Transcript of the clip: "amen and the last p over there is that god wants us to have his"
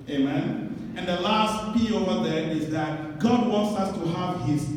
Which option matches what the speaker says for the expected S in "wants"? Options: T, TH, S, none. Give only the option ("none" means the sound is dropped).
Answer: S